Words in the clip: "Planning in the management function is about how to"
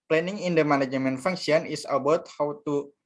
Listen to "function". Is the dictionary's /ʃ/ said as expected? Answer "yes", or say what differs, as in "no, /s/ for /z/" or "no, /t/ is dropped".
no, /s/ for /ʃ/